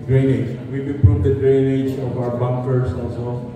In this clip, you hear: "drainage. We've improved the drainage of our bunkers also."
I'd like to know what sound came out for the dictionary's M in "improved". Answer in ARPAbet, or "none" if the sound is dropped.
none